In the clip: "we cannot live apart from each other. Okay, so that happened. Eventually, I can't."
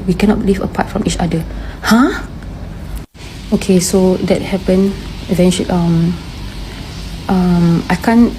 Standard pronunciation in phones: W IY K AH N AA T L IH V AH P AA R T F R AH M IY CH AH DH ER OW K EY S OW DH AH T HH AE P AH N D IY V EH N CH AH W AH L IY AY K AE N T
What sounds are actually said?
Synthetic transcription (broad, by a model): W IY K AH N AA T L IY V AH P AA T F R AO M IY CH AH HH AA OW K EY S OW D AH T HH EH P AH N IY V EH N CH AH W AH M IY AY K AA N